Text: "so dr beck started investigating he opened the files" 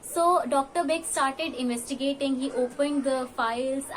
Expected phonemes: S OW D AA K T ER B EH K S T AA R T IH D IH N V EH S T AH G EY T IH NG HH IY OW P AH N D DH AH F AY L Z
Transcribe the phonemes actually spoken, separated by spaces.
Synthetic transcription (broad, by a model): S OW D AA K T ER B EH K S T AA R T IH D IH N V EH S T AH G EY T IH NG HH IY OW P AH N D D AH F AY L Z